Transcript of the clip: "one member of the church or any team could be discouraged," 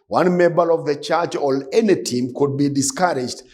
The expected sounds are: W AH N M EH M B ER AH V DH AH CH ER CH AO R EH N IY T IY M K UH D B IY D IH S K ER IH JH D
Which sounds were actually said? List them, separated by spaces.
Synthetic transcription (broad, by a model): W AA N M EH M B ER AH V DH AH CH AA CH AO L EH N IY T IY M K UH D B IY D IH S K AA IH JH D